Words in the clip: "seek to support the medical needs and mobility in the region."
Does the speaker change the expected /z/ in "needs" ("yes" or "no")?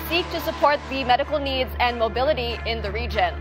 no